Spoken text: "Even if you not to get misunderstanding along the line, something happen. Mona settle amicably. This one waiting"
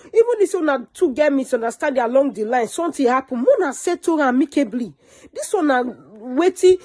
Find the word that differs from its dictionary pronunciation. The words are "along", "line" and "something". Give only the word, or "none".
something